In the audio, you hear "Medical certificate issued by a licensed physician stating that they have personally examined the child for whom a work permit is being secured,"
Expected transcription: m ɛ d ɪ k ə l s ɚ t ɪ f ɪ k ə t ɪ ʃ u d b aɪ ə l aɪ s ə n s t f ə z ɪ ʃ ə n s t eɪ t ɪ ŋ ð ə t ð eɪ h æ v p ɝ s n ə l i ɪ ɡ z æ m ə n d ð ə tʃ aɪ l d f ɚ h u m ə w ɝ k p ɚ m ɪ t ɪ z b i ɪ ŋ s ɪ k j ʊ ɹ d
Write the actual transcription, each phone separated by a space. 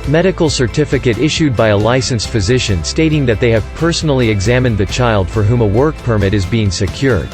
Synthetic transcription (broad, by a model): m ɛ d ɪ k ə l s ɚ t ɪ f ɪ k ə t ɪ ʃ u d b aɪ ə l aɪ s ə n s f ə z ɪ ʃ ə n s t eɪ t ɪ ŋ ð ə t ð eɪ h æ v p ɝ s n l i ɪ ɡ z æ m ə n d ð ə tʃ aɪ l d f ɚ h u m ə w ɝ k p ɚ m ɪ t ɪ z b i ɪ ŋ s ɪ k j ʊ ɹ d